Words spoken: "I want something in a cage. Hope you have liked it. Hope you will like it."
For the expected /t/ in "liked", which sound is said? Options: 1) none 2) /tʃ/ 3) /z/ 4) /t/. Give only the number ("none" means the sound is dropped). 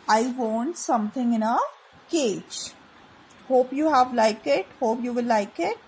1